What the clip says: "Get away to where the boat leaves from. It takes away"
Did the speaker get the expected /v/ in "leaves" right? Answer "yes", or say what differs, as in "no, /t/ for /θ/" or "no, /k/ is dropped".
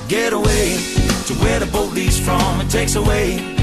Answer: no, /v/ is dropped